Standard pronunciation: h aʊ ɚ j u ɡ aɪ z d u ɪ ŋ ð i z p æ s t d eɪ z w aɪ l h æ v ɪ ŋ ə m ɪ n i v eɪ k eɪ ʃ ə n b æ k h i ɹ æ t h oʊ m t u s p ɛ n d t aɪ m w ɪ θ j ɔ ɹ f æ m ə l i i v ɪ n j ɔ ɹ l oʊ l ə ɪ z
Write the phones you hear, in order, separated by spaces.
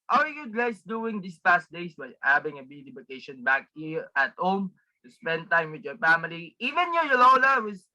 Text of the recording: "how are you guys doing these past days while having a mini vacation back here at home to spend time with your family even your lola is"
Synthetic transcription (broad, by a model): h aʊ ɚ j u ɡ aɪ s d u ɪ ŋ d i s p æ s t d eɪ s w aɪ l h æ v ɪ ŋ ə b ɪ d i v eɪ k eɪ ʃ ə n b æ k h i ɹ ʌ t h oʊ m t u s p ɛ n d t aɪ m w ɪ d j ɔ ɹ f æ m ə l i i v ɪ n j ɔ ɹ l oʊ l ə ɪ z